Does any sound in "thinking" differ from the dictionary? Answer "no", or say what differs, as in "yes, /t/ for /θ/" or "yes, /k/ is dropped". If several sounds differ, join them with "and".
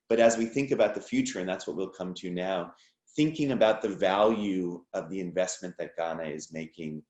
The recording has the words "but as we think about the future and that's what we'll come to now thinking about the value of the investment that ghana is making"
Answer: no